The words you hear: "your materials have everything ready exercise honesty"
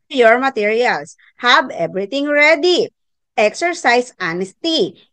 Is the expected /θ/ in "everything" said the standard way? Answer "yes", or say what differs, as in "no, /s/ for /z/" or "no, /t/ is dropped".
no, /t/ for /θ/